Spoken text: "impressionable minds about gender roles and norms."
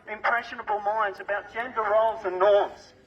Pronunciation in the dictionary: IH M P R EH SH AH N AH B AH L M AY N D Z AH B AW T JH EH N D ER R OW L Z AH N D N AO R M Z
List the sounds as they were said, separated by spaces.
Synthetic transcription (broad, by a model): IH M P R EH SH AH N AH B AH L M AY N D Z AH B AW T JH EH N D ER R OW L Z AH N N AO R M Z